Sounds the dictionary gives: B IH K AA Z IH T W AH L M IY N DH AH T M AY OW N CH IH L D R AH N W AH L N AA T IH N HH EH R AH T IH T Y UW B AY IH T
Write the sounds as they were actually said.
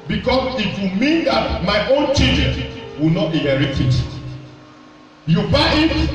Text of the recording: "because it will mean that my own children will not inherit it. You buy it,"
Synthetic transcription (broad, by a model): B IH K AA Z IH T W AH M IY N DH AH T M AY OW N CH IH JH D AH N W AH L N AA T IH HH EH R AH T IH T Y UW B AY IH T